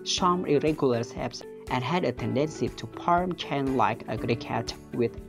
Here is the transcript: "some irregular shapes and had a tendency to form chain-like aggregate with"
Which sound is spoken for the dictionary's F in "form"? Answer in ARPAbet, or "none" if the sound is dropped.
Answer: P